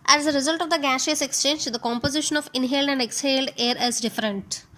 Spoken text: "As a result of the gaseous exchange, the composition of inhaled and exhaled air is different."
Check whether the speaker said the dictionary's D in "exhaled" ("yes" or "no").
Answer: yes